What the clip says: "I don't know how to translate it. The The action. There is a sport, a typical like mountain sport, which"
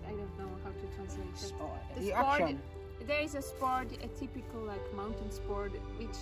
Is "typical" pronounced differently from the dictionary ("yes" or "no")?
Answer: no